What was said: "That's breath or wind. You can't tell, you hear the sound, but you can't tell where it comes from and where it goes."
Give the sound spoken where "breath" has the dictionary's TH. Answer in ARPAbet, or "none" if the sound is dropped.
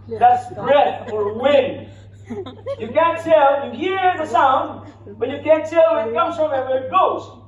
F